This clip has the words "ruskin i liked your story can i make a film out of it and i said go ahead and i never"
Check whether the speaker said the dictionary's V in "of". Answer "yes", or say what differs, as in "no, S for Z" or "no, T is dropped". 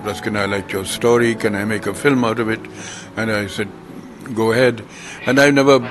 yes